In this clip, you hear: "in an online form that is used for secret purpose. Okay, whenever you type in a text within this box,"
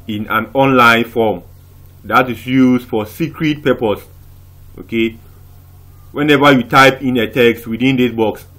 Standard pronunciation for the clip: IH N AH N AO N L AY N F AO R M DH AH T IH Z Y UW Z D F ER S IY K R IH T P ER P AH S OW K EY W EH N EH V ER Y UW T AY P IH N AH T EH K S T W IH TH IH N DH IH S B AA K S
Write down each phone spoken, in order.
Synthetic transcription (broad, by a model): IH N AH N AO N L AY N F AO M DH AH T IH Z Y UW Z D F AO S IY K R IH T P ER P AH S OW K EY W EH N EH V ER Y UW T AY P IH N AH T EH K S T W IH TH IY N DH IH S B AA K S